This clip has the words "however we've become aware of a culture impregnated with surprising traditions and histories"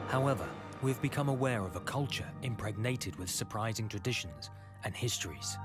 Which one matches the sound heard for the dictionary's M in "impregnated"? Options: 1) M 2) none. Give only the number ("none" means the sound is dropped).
1